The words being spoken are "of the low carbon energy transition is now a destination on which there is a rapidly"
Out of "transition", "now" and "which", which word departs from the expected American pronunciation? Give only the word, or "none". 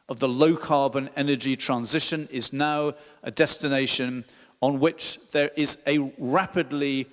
none